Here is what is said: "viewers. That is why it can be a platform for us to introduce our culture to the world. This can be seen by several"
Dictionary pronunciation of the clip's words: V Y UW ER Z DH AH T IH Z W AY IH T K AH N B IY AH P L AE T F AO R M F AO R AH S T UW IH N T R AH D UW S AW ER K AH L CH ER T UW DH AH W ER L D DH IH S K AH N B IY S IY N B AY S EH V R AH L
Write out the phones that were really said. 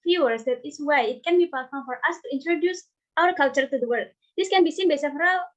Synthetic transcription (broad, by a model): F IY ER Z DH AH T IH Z W AY IH T K AH N B IY P AA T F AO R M F AO R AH S T UW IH N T R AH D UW S AW ER K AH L CH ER T UW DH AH W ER L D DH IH S K AH N B IY S IY N B AY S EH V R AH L